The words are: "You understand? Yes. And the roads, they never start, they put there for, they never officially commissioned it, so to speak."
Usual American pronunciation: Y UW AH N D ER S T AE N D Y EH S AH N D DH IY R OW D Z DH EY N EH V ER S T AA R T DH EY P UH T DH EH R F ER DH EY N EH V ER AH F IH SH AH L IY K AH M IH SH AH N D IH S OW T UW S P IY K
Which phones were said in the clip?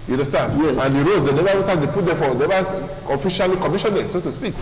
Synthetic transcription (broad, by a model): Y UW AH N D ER S T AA N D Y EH AH N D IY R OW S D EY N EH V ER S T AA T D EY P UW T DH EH F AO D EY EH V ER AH F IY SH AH L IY K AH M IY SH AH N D IH S OW T UW S P IY K